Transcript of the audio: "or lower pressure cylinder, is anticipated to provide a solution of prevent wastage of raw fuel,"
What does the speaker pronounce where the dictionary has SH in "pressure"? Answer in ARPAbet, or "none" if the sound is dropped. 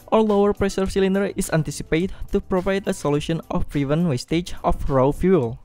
S